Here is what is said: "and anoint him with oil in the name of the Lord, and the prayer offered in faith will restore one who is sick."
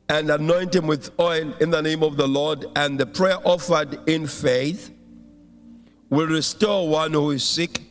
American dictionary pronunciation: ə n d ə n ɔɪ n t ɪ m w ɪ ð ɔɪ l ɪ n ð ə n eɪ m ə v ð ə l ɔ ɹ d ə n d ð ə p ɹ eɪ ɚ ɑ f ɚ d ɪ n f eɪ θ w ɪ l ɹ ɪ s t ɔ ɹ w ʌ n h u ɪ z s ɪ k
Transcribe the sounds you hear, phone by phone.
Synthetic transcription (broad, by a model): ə n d ə n ɔɪ n t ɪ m w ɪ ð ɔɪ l ɪ n ð ə n eɪ m ə v ð ə l ɔ ɹ d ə n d ð ə p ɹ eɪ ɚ ɑ f ɚ d ɪ n f eɪ θ w ɪ l ɹ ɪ s t ɔ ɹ w ʌ n h u ɪ z s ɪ k